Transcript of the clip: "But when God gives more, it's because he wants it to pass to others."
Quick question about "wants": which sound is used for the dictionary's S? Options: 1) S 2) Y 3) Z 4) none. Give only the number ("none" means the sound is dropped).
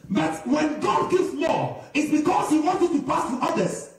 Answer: 4